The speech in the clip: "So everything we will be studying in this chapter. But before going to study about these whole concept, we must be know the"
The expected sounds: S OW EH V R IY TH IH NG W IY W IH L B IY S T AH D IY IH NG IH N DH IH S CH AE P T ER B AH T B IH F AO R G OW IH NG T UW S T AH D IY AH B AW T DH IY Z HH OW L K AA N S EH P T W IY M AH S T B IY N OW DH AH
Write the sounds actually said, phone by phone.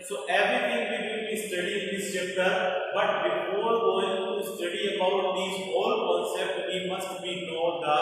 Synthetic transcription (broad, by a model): S OW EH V R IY T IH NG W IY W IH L B IY S T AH D IY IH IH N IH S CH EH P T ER B AH T B IH F AO R G OW IH NG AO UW S T AH D IY AH B AW T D IY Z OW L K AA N S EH P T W IY M AH S T B IY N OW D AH